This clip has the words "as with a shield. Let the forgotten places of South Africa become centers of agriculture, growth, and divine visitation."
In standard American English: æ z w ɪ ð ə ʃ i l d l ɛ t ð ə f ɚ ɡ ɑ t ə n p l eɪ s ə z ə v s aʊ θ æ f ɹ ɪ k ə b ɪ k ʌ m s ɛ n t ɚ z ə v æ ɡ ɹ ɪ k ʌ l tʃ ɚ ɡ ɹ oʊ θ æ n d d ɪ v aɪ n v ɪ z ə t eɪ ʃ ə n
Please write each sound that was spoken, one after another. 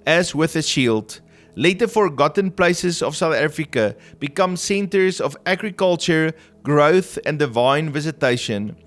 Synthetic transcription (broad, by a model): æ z w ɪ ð ə ʃ i l d l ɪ t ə f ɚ ɡ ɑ t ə n p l eɪ s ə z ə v s aʊ θ æ f ɹ ɪ k ə b ɪ k ʌ m s ɛ n t ɚ z ə v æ ɡ ɹ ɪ k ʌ l tʃ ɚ ɡ ɹ oʊ θ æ n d d ɪ v aɪ n v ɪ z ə t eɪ ʃ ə n